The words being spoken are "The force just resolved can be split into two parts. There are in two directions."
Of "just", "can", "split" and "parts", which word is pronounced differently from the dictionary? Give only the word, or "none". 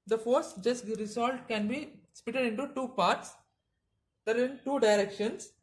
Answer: split